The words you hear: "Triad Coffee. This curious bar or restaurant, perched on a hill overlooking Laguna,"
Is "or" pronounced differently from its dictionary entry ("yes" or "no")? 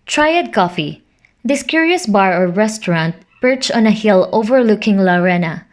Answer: no